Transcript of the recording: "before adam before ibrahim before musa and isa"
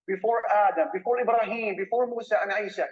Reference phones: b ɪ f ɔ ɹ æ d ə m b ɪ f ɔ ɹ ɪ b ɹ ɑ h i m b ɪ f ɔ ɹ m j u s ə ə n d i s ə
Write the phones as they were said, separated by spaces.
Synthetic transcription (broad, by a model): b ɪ f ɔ ɹ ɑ d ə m b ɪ f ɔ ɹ ɪ b ɹ ɑ h i m b ɪ f ɔ ɹ m u s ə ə n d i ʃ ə